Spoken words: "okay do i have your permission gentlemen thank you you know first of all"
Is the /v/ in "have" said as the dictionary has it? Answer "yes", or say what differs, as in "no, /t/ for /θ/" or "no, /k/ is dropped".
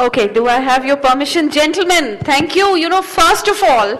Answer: yes